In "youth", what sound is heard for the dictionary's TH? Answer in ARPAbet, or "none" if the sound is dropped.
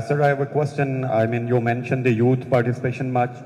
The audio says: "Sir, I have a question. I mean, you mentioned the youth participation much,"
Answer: T